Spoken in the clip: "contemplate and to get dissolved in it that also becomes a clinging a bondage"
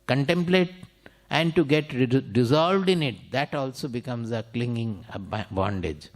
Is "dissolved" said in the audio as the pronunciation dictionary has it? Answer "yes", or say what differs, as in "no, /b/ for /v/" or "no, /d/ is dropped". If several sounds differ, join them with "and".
yes